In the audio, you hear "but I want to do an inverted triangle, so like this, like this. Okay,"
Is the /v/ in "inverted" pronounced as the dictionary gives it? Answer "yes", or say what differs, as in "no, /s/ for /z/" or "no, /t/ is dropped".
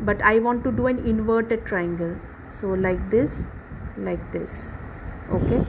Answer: yes